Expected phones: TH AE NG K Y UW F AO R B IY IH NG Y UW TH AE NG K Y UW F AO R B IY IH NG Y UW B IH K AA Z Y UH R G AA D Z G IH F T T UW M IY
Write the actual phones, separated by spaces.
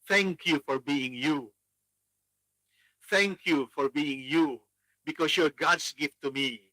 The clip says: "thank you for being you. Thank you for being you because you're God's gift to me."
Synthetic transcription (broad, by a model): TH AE NG K Y UW F AO R B IY IH NG Y UW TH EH NG K Y UW F AO R B IY IH NG Y UW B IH K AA S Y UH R G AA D S G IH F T T UW M IY